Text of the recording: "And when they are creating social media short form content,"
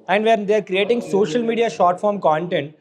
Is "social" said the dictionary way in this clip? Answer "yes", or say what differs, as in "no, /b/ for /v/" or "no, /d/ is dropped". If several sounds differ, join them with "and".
yes